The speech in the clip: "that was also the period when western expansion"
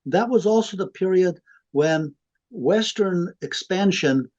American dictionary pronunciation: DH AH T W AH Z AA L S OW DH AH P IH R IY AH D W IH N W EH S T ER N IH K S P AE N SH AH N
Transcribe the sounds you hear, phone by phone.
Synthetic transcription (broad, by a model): DH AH T W AH Z AA L S OW DH AH P IH R IY AH D W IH N W EH S T ER N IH K S P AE N SH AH N